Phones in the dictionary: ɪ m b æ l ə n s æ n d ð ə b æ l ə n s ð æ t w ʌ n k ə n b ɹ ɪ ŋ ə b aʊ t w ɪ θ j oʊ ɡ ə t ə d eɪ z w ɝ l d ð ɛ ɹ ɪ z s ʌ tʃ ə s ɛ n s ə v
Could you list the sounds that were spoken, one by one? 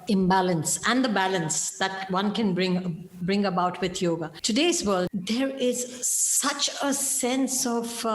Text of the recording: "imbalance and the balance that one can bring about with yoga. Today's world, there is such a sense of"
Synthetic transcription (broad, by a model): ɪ m b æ l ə n s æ n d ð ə b æ l ə n s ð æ t w ʌ n k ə n b ɹ ɪ ŋ ə b aʊ t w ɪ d j oʊ ɡ ə t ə d eɪ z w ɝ l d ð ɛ ɹ ɪ z s ʌ tʃ ə s ɛ n s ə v